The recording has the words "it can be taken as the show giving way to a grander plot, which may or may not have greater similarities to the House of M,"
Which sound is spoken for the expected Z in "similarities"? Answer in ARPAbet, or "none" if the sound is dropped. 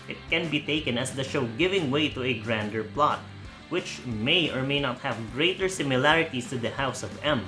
S